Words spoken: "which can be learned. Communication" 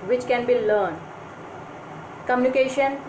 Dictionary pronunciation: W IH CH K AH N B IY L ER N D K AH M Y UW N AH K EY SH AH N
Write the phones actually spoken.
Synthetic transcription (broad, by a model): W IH CH K AH N B IY L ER N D K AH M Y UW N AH K EY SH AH N